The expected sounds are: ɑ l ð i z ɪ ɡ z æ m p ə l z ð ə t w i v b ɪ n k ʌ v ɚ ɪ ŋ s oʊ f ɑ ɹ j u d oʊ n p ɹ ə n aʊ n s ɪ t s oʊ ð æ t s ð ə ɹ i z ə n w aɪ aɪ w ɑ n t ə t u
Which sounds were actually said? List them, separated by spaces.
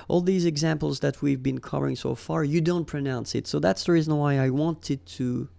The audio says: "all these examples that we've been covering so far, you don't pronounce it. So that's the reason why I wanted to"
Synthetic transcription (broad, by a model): ɑ l ð i z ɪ ɡ z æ m p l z ð ə t w i v b ɪ n k ʌ v ɚ ɪ ŋ s oʊ f ɑ ɹ j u d oʊ n p ɹ ə n aʊ n s ɪ t s oʊ ð æ t s ð ə ɹ i z ə n w aɪ aɪ w ɑ n t ə t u